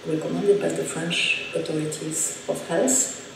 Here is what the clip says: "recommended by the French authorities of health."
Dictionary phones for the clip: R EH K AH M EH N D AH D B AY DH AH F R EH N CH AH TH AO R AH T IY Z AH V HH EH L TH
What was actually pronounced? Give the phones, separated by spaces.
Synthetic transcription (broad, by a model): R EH K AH M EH N D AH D B AY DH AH F R EH N CH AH T AO R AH T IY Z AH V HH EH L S